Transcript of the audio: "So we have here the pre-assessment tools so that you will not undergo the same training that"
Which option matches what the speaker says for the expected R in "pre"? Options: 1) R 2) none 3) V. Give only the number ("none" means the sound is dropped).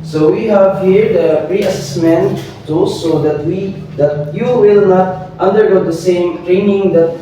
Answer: 1